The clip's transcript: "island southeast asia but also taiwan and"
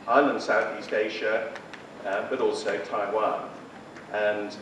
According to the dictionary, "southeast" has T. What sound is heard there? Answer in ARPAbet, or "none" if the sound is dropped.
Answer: T